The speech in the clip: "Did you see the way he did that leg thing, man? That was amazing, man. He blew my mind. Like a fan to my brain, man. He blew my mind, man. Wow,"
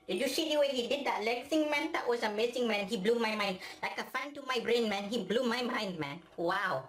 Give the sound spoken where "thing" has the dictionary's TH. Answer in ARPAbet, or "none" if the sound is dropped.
S